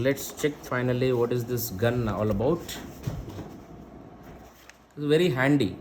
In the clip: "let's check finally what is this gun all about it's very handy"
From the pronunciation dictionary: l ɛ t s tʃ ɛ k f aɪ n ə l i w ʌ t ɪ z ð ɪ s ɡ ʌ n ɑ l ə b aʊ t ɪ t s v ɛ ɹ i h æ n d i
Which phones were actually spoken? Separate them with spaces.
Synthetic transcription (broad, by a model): l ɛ t s tʃ ɛ k f aɪ n ə l i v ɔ t ɪ z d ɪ s ɡ ʌ n ɑ l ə b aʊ ɪ t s v ɛ ɹ i h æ n d i